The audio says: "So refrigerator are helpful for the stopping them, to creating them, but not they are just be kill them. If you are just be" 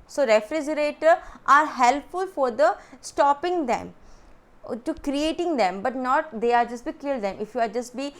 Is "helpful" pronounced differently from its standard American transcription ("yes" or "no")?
no